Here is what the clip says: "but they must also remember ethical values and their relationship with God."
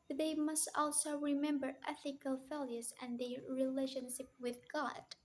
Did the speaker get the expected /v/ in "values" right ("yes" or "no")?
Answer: no